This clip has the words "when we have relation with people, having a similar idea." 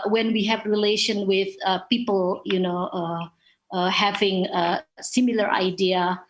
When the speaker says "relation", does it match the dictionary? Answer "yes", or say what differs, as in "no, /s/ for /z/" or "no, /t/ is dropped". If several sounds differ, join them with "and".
yes